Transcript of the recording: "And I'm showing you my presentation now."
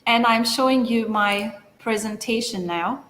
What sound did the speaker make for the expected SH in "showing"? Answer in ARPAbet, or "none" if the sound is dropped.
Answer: SH